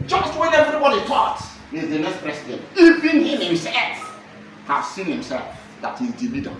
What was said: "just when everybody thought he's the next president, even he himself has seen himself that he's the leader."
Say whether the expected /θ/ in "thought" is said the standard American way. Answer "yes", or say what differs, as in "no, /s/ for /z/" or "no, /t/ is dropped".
no, /t/ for /θ/